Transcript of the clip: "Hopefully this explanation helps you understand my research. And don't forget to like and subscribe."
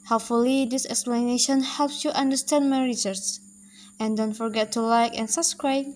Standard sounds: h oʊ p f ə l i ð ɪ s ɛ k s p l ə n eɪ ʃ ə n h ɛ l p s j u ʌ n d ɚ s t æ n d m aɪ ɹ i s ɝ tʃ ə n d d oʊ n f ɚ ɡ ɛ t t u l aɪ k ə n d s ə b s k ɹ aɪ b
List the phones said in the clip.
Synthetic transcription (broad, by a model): h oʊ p f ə l i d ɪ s ɛ k s p l ə n eɪ ʃ ə n h ɛ l p s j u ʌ n d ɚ s t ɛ n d m aɪ ɹ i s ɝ s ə n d d oʊ n f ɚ ɡ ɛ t t u l aɪ k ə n s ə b s k ɹ aɪ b